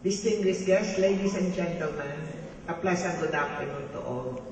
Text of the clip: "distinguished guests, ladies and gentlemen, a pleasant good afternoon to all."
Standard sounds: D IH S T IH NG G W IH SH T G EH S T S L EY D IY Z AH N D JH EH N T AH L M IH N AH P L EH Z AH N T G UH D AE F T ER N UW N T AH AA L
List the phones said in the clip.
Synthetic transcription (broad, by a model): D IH S T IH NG G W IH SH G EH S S L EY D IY S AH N JH EH N T AH L M IH N AH P L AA S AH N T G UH D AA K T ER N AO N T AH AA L